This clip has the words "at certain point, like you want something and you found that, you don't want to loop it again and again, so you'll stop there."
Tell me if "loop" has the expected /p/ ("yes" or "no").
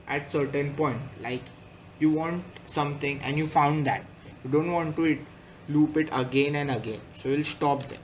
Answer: yes